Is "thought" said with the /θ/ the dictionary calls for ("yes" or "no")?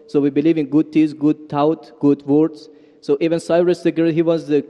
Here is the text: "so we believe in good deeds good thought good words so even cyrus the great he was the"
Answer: no